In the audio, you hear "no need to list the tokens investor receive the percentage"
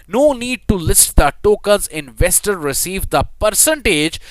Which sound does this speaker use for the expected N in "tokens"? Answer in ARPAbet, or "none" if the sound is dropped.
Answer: L